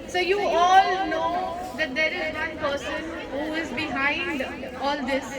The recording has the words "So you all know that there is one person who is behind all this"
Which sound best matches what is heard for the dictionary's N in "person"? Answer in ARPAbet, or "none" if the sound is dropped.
N